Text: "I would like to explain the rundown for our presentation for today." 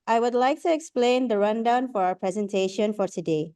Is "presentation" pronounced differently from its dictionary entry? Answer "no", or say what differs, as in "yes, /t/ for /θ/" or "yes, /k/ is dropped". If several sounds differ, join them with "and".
no